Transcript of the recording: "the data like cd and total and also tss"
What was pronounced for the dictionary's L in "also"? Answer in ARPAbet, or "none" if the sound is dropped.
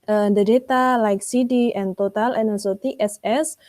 none